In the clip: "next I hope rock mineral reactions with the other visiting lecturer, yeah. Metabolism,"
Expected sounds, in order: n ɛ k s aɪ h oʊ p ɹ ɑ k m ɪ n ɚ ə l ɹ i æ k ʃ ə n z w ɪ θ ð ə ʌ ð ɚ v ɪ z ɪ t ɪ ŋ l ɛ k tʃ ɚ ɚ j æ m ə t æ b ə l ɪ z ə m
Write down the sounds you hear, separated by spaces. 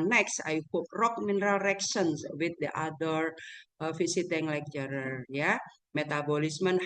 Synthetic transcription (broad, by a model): n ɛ k s aɪ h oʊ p ɹ ɑ k m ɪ n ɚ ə l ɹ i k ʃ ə n s w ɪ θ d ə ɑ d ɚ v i s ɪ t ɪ ŋ l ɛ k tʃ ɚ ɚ j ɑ m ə t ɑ b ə l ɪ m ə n